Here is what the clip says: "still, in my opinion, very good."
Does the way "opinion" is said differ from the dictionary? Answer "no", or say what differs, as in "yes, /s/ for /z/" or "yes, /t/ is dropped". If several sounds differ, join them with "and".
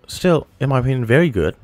yes, /p/ is dropped